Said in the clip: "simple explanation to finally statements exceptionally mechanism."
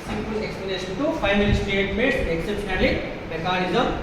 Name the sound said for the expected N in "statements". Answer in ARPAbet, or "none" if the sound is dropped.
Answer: none